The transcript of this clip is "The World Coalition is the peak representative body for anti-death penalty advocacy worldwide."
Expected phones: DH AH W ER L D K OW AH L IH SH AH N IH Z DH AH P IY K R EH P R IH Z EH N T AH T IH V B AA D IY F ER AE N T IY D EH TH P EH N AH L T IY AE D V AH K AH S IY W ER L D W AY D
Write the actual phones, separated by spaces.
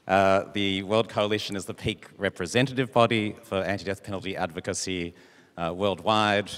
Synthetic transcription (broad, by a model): DH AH W ER L D K OW AH L IH SH AH N IH Z DH AH P IY K R EH P R IH Z EH N T AH T IH V B AA D IY F ER AE N T IY D EH TH P EH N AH L T IY AE D V AH K AH S IY W ER L D W AY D